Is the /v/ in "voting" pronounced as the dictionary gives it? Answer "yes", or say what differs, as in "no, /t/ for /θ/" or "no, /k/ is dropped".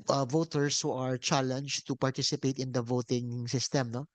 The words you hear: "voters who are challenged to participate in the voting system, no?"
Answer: yes